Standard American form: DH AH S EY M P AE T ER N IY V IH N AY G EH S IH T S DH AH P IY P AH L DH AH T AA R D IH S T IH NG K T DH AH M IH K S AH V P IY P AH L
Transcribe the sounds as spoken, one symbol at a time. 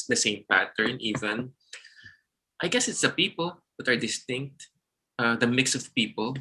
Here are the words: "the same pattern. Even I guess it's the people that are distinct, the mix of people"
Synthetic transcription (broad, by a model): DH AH S EY M P AE T ER N IY V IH N AY G EH S IH T S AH P IY P AH L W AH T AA R D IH S T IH NG K T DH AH M IH K S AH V P IY P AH L